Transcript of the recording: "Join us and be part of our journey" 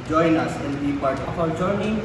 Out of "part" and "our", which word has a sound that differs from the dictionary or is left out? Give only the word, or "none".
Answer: our